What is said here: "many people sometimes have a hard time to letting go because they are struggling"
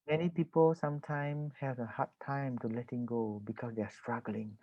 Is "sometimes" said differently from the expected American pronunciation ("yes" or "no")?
yes